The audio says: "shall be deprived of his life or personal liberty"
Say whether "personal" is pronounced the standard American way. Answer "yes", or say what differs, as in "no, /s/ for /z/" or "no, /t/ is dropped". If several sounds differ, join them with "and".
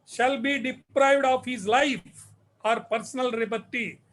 yes